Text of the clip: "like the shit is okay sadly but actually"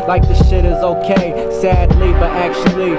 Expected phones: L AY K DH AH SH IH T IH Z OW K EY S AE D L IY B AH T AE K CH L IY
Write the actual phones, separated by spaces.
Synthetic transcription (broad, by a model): L AY K DH AH SH IH T IH Z OW K EY S AE D L IY B AH T AE K CH L IY